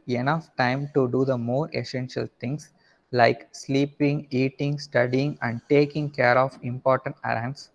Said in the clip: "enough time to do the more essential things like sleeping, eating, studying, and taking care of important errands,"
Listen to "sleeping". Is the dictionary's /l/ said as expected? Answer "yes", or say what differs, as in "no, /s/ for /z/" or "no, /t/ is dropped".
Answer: yes